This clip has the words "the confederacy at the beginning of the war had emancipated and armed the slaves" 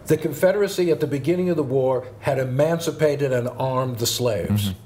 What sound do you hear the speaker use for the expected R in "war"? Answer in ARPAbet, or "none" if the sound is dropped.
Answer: R